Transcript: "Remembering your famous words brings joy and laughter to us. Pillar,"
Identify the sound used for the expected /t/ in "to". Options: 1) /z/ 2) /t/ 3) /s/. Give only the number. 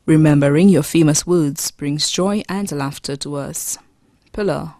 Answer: 2